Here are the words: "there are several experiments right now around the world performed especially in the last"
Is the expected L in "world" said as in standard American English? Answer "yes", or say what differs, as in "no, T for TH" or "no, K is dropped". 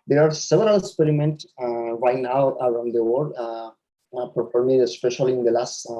no, L is dropped